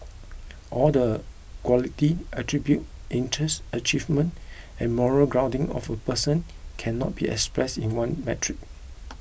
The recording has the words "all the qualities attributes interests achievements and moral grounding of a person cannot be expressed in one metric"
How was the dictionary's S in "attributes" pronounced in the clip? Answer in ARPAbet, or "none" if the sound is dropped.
none